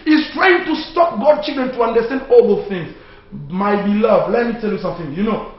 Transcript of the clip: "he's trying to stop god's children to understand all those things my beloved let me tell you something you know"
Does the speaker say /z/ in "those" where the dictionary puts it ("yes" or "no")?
no